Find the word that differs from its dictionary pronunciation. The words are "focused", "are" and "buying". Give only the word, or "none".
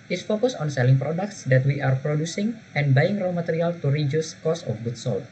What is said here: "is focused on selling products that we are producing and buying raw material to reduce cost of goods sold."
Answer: focused